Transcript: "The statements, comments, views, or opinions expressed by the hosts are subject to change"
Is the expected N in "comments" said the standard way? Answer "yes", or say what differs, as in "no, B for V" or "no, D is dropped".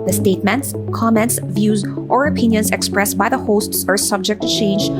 yes